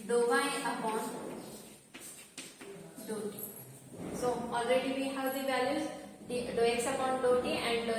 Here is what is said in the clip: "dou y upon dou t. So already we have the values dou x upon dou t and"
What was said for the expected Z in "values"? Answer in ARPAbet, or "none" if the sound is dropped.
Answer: none